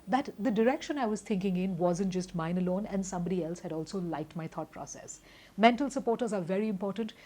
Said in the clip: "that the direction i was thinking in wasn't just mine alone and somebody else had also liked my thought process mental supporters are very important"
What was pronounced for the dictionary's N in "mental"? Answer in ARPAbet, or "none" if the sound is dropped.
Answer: N